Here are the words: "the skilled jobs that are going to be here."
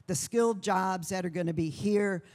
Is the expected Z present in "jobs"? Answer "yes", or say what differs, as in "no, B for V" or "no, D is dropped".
yes